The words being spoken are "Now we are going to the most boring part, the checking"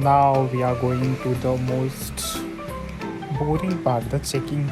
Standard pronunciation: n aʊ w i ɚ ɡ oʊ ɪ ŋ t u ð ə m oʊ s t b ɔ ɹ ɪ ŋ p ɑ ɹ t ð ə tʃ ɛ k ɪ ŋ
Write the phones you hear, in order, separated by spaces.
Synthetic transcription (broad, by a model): n aʊ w i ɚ ɡ oʊ ɪ ŋ t u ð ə m oʊ s t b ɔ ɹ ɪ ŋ b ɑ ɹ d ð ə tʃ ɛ k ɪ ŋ